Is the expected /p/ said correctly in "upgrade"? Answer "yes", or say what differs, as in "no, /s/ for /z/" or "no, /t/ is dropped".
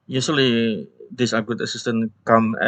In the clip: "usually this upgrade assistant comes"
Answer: no, /p/ is dropped